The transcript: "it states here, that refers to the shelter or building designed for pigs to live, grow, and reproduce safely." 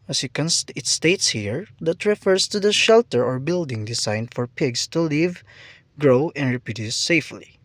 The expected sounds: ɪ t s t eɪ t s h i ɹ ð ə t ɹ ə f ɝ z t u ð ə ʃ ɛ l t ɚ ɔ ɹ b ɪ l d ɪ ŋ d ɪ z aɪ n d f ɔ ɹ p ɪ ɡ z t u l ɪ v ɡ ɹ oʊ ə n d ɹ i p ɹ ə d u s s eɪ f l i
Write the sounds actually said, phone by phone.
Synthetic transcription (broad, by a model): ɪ t s t eɪ t s h i ɹ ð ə t ɹ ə f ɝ s t u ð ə ʃ ɛ l t ɚ ɔ ɹ b ɪ l d ɪ ŋ d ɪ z aɪ n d f ɔ ɹ p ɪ ɡ s t u l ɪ v ɡ ɹ oʊ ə n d ɹ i p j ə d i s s eɪ f l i